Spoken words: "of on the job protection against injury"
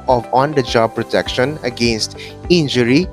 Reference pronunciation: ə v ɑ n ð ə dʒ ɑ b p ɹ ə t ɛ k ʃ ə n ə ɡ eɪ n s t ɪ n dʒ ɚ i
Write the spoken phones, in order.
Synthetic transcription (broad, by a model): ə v ɑ n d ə dʒ ɑ b p ɹ ə t ɛ k ʃ ə n ə ɡ eɪ n s t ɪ n dʒ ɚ i